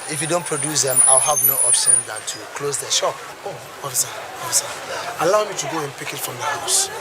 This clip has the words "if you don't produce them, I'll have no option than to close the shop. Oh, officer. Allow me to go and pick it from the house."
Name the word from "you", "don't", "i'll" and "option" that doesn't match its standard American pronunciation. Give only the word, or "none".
none